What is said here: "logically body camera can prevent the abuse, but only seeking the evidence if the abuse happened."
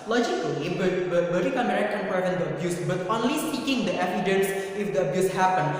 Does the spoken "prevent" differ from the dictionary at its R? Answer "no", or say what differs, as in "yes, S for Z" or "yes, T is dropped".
yes, R is dropped